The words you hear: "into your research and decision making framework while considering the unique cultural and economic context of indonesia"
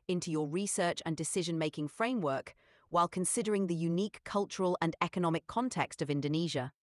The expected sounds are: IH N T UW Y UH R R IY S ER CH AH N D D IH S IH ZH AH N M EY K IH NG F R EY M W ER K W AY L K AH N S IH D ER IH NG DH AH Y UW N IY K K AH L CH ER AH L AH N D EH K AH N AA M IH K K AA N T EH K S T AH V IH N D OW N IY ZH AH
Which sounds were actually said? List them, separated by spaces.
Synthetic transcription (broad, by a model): IH N T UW Y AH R R IY S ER CH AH N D D IH S IH ZH AH N M EY K IH NG F R EY M W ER K W AY L K AH N S IH D ER IH NG DH AH Y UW N IY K K AH L CH ER AH L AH N EH K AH N AA M IH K K AA N T EH K S T AH V IH N D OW N IY ZH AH